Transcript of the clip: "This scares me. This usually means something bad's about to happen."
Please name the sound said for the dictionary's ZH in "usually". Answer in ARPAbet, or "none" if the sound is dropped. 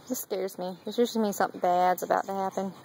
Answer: S